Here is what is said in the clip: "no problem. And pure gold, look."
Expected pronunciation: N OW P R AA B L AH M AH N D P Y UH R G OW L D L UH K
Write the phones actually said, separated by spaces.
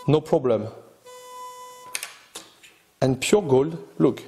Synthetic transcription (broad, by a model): N OW P R AA B L AH M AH N P Y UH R G OW L D L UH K